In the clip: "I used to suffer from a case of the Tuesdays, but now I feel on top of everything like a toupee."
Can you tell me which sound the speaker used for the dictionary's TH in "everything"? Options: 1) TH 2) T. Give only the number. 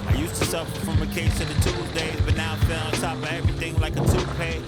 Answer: 1